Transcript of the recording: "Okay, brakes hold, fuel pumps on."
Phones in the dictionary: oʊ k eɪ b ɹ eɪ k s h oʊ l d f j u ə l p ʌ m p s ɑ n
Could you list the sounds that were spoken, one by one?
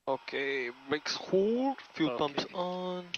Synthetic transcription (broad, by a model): oʊ k eɪ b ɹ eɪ k s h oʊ d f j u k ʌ m s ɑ n